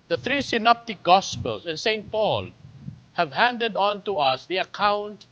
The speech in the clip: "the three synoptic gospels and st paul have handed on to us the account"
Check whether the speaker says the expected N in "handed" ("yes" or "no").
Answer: yes